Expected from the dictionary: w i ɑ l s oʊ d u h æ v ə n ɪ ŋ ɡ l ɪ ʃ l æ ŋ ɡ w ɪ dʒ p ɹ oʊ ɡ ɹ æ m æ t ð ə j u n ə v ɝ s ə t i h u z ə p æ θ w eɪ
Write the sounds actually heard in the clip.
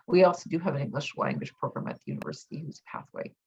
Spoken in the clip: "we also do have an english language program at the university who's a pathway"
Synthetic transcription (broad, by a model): w i ɑ l s oʊ d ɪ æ v ə n ɪ ŋ ɡ l ɪ ʃ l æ ŋ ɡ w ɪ ʃ p ɹ oʊ ɡ ɹ æ m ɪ t ð ə j u n ə v ɝ s ə t i h u z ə p æ θ w eɪ